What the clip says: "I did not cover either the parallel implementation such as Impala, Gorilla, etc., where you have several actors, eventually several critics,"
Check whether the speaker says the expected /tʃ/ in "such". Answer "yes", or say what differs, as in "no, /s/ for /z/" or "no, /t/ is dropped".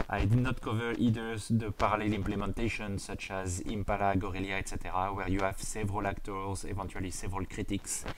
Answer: yes